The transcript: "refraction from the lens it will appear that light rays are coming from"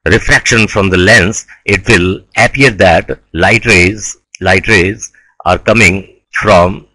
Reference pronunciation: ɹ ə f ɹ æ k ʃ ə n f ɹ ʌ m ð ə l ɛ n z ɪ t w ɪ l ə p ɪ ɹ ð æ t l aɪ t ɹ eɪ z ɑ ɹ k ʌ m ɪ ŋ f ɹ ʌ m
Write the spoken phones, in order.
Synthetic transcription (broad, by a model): ɹ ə f ɹ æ k ʃ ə n f ɹ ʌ m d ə l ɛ n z ɪ t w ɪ l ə p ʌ ɹ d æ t l aɪ t ɹ eɪ z ɑ ɹ k ʌ m ɪ ŋ f ɹ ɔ m